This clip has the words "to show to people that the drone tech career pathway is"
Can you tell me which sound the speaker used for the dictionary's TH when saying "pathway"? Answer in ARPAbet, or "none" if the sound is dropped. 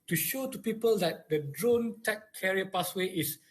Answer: S